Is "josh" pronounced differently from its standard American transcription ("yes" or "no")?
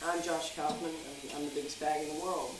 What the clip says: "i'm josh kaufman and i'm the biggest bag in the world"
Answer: no